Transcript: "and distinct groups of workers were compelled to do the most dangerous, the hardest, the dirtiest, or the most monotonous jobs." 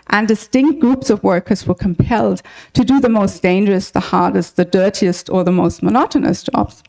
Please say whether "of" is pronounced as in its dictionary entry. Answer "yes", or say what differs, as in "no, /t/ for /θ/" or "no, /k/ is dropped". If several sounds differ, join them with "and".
yes